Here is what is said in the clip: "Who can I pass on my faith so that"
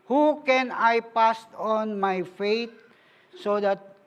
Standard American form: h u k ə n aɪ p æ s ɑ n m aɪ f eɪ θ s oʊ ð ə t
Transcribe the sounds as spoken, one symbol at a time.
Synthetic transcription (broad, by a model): h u k ə n aɪ p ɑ s ɑ n m aɪ f eɪ t s oʊ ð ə t